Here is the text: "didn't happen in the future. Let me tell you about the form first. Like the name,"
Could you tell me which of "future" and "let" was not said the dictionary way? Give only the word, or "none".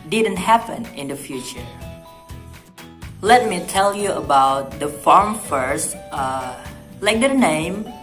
none